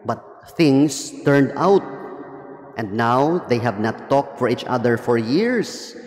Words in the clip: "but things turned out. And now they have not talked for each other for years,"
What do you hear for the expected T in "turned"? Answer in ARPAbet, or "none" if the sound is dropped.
T